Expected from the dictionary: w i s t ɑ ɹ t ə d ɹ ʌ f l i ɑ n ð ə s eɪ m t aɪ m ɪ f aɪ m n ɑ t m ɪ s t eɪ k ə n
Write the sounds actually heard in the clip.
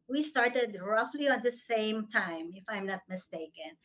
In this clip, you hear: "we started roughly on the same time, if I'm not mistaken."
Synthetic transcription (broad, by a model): w i s t ɑ ɹ t ə d ɹ ʌ f l i ɑ n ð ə s eɪ m t aɪ m ɪ f aɪ m n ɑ t m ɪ s t eɪ k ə n